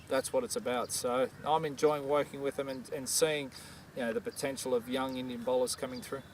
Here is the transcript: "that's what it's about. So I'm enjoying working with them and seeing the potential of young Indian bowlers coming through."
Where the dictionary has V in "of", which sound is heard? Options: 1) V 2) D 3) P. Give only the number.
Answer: 1